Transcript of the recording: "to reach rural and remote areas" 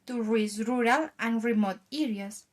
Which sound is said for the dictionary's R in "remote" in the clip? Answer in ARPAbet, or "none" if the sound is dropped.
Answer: R